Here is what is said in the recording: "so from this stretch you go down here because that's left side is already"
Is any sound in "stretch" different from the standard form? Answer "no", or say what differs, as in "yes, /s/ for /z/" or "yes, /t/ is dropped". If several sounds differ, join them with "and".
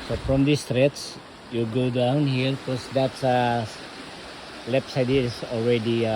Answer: yes, /s/ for /tʃ/